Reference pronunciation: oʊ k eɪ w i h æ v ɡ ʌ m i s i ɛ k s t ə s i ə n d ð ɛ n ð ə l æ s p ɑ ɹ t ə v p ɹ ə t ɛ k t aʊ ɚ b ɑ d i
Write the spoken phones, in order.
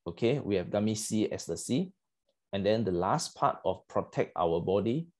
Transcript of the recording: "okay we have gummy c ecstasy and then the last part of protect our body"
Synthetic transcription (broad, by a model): oʊ k eɪ w i h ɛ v ɡ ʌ m i s i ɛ s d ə s i ə n d ɛ n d ə l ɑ s p ɑ t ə f p ɹ ə t ɛ k t aʊ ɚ b ɑ d i